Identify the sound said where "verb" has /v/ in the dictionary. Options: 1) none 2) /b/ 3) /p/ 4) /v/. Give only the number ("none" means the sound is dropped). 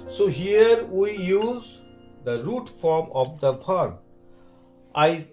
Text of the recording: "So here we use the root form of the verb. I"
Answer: 3